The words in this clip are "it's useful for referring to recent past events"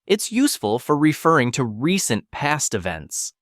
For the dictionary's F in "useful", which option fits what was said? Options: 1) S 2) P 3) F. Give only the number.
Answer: 3